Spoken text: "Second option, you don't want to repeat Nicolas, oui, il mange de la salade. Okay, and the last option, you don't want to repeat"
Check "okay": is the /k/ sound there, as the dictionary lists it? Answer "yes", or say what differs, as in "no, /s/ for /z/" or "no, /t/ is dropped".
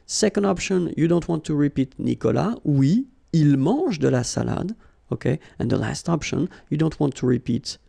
yes